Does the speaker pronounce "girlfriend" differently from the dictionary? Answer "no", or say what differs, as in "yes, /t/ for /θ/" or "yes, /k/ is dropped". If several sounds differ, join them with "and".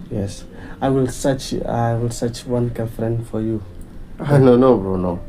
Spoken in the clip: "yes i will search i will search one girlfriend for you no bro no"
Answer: yes, /l/ is dropped